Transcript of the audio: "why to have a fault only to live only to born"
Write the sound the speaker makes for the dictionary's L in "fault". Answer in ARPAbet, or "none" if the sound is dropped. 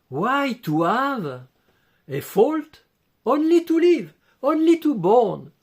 L